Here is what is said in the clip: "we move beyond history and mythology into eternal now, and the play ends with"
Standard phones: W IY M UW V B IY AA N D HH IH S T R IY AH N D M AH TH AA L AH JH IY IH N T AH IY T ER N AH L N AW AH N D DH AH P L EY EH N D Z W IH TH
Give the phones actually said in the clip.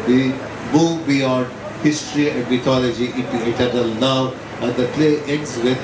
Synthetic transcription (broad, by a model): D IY M UW V B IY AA N D HH IH S T R IY AH N D M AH T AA L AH JH IY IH T IY T ER N AH L N AW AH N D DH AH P L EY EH N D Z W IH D